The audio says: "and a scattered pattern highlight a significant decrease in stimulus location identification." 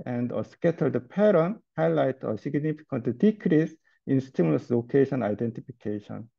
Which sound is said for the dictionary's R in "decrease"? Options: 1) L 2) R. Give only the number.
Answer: 2